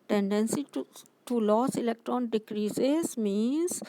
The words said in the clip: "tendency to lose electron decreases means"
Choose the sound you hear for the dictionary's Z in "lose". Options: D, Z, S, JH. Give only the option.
S